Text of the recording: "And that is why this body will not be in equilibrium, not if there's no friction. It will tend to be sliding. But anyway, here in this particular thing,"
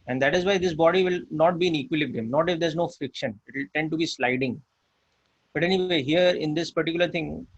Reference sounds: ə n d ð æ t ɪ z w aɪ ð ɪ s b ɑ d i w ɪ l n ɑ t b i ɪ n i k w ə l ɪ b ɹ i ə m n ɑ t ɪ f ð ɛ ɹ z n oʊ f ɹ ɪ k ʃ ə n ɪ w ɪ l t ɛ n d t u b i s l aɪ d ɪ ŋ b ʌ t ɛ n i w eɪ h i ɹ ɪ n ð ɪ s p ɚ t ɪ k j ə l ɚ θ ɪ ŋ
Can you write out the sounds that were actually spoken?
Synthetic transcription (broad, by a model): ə n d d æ t ɪ z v aɪ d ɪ s b ɑ d i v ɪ l n ɑ t b i ɪ n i k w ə l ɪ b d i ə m n ɑ t ɪ f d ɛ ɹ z n oʊ f ɹ ɪ k ʃ ə n ɪ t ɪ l t ɛ n d t u b i s l aɪ d ɪ ŋ b ʌ t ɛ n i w eɪ h i ɹ ɪ n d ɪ s p ɚ t ɪ k j ə l ɚ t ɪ ŋ